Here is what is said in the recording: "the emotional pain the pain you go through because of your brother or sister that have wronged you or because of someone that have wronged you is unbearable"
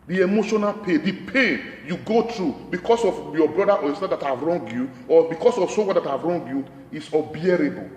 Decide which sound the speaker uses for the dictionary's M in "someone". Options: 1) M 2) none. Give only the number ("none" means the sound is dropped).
2